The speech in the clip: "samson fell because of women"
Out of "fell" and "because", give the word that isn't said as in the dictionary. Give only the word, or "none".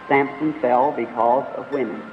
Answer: none